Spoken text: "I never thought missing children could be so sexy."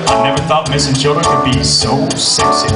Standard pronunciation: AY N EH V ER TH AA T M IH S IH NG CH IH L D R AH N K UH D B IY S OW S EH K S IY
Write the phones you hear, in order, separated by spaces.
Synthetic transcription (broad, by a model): AY N EH V ER TH AA T M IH S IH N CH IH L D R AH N K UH D B IY S OW S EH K S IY